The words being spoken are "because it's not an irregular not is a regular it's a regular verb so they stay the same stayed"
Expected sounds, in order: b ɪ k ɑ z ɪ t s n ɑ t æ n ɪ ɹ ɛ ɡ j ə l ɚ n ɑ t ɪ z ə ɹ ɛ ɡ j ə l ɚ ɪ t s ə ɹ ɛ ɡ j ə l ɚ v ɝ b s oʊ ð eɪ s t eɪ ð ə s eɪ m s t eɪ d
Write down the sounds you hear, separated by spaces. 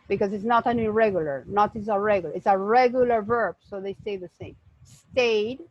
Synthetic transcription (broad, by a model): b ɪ k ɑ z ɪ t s n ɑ t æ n ɪ ɹ ɛ ɡ j ə l ɚ n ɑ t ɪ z ə ɹ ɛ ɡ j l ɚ ɪ t s ə ɹ ɛ ɡ j ə l ɚ v ɝ b s oʊ ð eɪ s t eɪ ð ə s eɪ m s t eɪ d